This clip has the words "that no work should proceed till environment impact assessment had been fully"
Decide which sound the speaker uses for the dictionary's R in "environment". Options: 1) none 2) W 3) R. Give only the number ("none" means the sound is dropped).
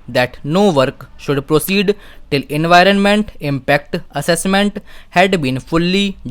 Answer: 3